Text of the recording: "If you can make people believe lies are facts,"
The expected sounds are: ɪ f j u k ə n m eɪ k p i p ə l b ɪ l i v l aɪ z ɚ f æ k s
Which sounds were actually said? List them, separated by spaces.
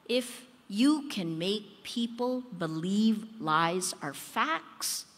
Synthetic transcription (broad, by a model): ɪ f j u k ə n m eɪ k p i p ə l b ɪ l i v l aɪ z ɚ f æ k s